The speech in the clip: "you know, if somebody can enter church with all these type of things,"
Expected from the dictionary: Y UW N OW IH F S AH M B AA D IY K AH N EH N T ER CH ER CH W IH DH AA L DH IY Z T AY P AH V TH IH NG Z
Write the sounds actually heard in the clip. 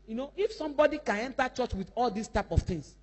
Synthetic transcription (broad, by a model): Y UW N OW IH F S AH M B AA D IY K AH N EH N T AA CH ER CH W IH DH AA L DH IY S T AY P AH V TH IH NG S